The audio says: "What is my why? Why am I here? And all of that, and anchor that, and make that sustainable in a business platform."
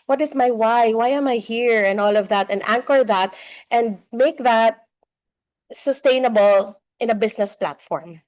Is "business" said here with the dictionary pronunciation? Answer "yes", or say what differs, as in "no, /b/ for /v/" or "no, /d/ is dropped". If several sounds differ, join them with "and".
no, /s/ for /z/